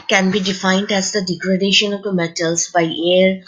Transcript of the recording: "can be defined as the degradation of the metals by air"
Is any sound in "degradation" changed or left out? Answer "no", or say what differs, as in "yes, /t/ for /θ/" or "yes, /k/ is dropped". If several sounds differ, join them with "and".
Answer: no